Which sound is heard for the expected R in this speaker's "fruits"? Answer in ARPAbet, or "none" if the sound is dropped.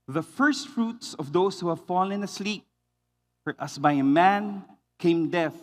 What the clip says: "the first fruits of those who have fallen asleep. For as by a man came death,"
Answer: R